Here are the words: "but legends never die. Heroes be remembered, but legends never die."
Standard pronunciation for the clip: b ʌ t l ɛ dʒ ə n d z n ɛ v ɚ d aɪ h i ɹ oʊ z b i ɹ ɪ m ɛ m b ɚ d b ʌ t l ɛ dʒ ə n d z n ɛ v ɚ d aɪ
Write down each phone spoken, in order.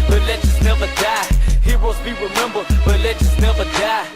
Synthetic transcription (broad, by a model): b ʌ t l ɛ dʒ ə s n ɛ v ɚ d aɪ h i w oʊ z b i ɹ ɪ m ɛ m b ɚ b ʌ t l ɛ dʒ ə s n ɛ v ɚ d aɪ